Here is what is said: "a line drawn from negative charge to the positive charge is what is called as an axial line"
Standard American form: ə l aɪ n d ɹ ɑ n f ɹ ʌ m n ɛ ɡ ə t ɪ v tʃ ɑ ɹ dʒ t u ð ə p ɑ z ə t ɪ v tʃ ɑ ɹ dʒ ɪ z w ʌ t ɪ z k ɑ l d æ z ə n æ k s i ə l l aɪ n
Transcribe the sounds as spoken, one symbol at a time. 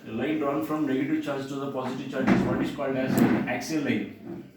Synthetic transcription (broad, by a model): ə l aɪ n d ɑ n f ɹ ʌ m n ɛ ɡ ə t ɪ v tʃ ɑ ɹ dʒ t u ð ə p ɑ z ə t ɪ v tʃ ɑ ɹ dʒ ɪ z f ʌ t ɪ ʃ k ɑ l d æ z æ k s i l l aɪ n